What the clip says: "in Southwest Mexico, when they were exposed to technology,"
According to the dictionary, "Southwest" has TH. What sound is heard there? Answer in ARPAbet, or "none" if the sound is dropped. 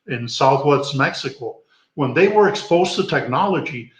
TH